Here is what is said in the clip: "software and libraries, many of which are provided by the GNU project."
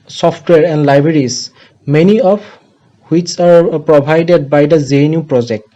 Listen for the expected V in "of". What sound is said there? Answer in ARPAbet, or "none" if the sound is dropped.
P